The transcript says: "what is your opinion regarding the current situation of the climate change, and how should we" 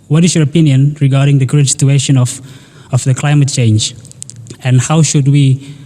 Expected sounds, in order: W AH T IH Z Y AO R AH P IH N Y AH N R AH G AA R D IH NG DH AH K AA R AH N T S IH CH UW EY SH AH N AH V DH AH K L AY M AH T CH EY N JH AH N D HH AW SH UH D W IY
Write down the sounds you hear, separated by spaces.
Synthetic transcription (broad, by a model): W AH T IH S Y AO R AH P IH N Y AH N R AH G AA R D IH NG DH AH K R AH T S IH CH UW EY SH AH N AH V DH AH K L AY M AH T CH EY N JH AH N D HH AW SH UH D W IY